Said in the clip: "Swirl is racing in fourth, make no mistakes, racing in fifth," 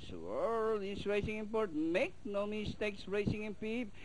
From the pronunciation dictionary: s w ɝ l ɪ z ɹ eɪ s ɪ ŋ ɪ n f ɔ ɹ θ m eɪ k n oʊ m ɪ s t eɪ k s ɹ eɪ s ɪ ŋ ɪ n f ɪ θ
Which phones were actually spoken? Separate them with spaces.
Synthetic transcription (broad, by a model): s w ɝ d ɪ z ɹ eɪ s ɪ ŋ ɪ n p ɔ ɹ t m eɪ k n oʊ m ɪ s t eɪ k s ɹ eɪ s ɪ ŋ ɪ n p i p